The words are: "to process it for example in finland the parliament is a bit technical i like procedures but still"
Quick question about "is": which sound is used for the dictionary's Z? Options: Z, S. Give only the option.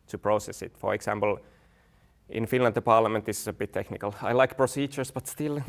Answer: S